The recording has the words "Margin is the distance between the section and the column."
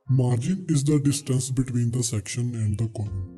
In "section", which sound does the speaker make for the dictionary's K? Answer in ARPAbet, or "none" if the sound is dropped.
K